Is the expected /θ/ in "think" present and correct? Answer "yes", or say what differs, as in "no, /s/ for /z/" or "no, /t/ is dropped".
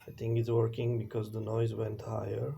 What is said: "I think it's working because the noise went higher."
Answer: no, /t/ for /θ/